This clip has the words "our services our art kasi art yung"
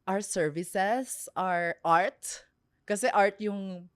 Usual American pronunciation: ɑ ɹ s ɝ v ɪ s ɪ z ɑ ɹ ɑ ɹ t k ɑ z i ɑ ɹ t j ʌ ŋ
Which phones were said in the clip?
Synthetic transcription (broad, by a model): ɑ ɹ s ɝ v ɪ s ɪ s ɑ ɹ ɑ ɹ t k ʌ s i ɑ ɹ t j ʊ ŋ